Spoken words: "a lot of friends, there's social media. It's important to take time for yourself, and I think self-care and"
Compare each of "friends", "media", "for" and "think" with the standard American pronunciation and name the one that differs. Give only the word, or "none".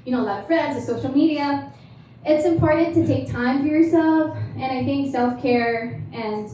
none